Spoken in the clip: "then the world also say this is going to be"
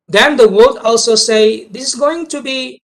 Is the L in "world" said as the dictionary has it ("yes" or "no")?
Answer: no